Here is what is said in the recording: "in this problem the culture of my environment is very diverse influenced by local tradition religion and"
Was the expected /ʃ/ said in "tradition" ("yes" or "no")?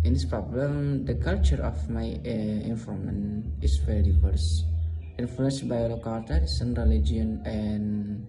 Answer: no